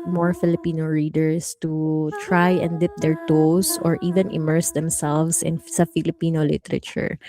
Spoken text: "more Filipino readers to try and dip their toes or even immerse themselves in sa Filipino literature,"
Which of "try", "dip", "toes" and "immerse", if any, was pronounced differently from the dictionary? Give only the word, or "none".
toes